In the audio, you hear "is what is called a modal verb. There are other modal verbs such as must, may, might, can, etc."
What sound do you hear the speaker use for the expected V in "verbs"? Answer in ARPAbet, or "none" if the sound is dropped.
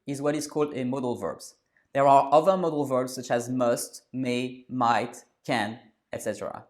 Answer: V